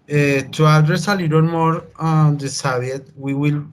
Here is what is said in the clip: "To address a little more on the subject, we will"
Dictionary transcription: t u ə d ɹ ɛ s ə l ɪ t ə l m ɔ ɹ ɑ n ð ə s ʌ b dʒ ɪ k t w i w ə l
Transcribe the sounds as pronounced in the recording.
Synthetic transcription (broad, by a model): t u ə d ɹ ɛ s ə l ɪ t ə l m ɔ ɹ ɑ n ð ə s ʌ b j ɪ t w i w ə l